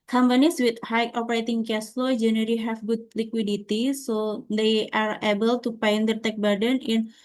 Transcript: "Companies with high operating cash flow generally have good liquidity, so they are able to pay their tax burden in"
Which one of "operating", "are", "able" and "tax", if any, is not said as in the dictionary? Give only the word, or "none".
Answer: tax